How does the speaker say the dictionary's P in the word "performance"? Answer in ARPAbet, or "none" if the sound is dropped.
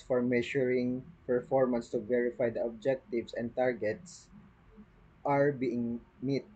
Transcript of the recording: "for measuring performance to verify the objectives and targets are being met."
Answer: P